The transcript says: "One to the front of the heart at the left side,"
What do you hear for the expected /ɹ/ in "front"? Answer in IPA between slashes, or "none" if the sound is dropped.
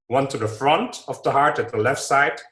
/ɹ/